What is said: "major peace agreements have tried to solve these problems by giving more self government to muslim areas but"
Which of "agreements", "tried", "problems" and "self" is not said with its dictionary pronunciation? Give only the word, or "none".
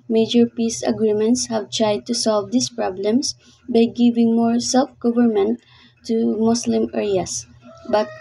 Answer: problems